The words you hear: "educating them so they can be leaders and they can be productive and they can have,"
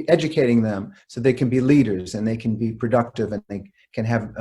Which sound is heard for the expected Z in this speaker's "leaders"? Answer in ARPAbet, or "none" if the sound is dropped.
Z